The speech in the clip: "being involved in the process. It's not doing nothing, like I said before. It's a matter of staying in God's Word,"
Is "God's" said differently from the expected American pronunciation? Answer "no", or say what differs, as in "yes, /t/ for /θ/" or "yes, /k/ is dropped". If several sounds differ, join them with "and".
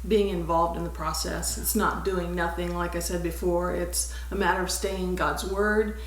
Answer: no